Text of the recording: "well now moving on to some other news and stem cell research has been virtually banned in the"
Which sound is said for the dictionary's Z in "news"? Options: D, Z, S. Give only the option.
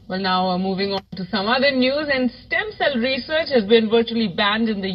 Z